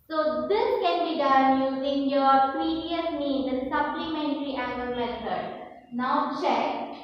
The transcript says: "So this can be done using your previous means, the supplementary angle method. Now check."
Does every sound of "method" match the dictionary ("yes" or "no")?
no